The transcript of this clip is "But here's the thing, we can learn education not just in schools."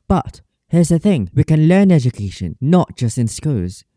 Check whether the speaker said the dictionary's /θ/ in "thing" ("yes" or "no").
yes